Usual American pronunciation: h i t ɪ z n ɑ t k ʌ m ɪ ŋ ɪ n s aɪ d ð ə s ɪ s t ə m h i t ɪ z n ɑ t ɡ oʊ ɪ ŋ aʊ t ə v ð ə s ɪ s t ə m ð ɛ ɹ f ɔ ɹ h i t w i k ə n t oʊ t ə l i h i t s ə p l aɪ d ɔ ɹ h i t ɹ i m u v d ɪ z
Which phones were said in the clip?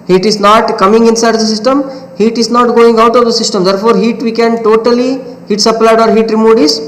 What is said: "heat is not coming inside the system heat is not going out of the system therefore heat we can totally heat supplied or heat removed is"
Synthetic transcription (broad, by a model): h i t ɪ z n ɑ t k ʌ m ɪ ŋ ɪ n s aɪ d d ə s ɪ s t ə m h i t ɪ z n ɑ t ɡ oʊ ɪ ŋ aʊ t ə v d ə s ɪ s t ə m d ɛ ɹ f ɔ ɹ h i t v i k ə n t oʊ t ə l i h i t s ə p l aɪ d ɔ ɹ h i t ɹ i m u d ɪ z